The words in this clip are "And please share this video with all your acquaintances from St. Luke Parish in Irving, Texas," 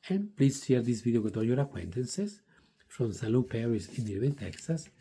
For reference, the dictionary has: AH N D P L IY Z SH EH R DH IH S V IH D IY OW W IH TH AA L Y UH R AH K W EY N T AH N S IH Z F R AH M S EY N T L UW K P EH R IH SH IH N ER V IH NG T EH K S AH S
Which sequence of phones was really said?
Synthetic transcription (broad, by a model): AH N P L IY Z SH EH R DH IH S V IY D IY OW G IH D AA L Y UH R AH K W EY N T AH N S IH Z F R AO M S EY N L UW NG P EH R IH S IH N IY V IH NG T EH K S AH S